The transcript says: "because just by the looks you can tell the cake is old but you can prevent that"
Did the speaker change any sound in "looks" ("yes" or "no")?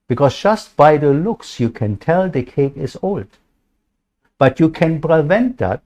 no